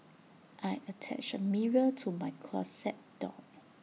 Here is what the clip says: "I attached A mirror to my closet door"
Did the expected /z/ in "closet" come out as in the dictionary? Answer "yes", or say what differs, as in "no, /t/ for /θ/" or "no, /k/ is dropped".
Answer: no, /s/ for /z/